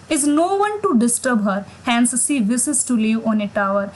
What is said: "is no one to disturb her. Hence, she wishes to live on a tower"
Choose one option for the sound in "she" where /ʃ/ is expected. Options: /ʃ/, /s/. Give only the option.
/s/